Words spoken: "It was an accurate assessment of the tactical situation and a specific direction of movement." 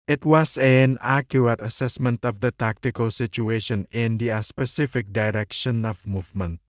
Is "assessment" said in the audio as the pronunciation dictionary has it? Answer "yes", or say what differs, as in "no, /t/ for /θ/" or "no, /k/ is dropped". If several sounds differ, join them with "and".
yes